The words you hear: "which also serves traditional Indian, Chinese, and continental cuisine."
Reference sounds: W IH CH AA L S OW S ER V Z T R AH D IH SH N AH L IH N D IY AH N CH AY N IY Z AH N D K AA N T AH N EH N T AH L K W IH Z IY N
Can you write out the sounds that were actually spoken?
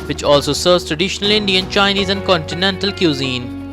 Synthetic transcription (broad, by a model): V IH CH AA L S OW S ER V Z T R AH D IH SH N AH L IH N D IY AH N CH AY N IY Z AH N D K AA N T AH N EH N T AH L K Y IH Z IY N